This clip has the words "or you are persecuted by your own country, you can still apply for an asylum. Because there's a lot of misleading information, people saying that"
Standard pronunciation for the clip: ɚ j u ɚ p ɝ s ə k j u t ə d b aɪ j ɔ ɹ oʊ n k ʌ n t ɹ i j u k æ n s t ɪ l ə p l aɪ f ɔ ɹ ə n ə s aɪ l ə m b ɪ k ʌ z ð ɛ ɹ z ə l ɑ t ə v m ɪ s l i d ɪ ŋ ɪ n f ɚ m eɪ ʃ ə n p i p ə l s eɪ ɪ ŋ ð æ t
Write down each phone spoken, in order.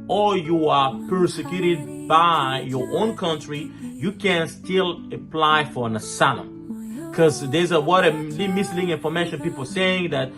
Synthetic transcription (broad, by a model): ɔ j u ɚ p ɝ s ə k j u t ə d b aɪ j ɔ ɹ oʊ n k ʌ n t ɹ i j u k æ n s t ɪ l ə p l aɪ f ɔ ɹ ə n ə s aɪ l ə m k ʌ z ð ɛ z ə w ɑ t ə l m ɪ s l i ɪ ŋ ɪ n f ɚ m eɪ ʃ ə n p i p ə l s eɪ ɪ ŋ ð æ t